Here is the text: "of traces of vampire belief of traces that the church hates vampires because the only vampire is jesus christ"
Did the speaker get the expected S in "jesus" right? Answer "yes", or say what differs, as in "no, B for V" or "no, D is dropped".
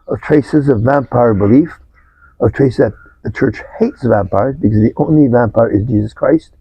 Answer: yes